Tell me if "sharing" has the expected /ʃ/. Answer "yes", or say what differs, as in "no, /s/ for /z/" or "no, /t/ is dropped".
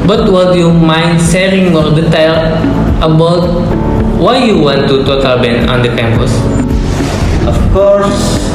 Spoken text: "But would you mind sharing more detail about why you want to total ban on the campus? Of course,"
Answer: no, /s/ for /ʃ/